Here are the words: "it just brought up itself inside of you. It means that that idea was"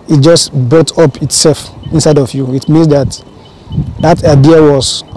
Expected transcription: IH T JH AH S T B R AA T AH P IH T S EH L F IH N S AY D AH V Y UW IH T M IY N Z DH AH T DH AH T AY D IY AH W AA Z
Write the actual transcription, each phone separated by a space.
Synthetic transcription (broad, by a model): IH T JH AH S T B R AA T AH P IH T S EH L F IH N S AY D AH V Y UW IH T M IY N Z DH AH T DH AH T AY D IY AH W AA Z